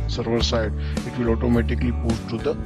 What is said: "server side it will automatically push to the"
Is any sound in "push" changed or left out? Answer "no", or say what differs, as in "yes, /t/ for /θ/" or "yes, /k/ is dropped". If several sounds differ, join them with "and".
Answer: yes, /s/ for /ʃ/